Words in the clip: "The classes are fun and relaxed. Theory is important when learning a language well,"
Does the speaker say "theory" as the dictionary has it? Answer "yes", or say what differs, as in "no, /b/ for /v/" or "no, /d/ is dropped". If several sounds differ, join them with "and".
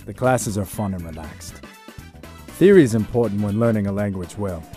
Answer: yes